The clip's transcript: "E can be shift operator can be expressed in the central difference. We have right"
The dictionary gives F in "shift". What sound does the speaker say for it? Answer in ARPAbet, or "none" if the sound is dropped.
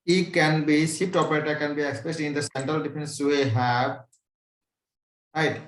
P